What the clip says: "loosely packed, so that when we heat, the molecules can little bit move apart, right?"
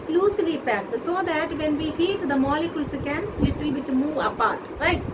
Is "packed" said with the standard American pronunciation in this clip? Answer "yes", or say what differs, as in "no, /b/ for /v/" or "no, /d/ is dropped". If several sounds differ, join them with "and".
no, /k/ is dropped